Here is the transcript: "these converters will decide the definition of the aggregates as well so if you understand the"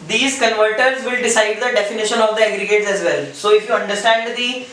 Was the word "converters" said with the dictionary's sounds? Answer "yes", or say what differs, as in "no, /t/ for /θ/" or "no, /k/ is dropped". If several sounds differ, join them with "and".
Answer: yes